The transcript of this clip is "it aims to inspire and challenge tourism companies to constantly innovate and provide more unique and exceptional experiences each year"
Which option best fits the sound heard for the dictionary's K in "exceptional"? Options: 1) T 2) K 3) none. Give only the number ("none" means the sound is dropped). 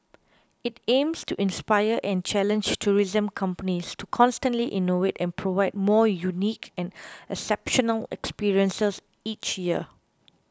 3